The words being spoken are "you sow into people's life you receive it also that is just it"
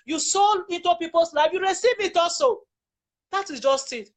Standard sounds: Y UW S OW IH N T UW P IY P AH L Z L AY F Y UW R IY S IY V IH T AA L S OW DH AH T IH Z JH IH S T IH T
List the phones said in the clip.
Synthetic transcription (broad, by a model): Y UW S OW IH N T UW P IY P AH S L AY F Y UW R IY S IY V IH T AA S OW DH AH T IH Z JH IH S T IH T